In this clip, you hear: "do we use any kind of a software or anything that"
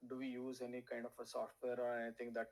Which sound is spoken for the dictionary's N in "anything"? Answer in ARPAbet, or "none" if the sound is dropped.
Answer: none